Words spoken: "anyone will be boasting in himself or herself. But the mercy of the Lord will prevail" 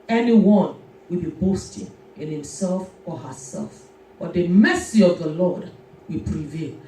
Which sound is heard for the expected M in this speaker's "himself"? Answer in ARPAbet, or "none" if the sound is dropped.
M